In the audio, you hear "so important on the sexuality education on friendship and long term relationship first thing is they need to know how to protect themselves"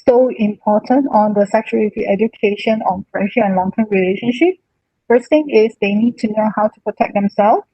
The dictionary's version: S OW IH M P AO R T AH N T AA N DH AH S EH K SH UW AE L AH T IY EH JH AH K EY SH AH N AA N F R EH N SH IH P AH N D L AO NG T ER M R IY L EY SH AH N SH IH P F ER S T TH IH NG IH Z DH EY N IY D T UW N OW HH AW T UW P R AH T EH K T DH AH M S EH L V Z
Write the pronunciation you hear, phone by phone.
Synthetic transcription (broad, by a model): S OW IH M P AO T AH N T AA N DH AH S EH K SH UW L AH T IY EH JH AH K EY SH AH N AA N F R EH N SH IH AH N L AO NG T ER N R IY L EY SH AH N SH IH P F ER S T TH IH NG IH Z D EY N IY D T UW N OW HH AW T UW P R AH T EH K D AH M S EH L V